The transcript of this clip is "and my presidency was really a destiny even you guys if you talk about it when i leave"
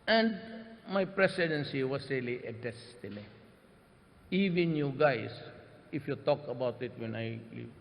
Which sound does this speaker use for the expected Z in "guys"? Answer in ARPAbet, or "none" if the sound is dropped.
S